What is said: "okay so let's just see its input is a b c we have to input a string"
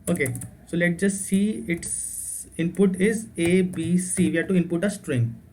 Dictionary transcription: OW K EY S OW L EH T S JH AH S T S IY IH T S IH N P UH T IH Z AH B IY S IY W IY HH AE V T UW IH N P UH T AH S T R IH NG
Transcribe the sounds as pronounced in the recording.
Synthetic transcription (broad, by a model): OW K EY S OW L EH T JH AH S T S IY IH T S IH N P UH T IH Z AH B IY S IY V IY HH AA T UW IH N P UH T AH S T R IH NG